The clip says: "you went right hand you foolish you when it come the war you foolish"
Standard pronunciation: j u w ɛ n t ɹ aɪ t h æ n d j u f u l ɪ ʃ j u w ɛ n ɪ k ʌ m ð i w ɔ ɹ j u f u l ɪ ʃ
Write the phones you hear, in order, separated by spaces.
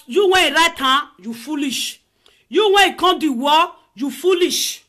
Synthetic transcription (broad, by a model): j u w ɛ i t ɹ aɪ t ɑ j u f u l ɪ ʃ j u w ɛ ɪ k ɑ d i w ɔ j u f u l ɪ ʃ